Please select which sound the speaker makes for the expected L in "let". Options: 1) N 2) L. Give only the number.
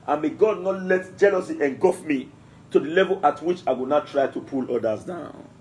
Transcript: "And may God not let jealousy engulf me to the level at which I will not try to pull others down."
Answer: 2